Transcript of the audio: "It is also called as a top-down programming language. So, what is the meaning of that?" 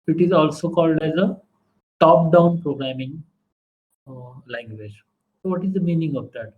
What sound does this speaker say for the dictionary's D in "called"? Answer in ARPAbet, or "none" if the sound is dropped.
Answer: D